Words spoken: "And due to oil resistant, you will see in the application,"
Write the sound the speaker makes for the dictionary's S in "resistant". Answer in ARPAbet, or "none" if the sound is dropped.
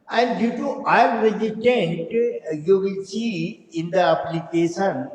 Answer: none